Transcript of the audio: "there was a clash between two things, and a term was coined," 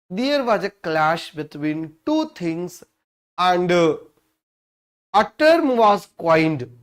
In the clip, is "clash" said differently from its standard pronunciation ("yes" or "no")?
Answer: no